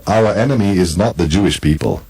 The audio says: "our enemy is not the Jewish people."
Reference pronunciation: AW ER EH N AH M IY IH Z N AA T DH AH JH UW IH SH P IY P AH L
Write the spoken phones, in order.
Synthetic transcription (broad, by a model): AW ER EH N AH M IY IH Z N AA T DH AH JH UW IH SH P IY P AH L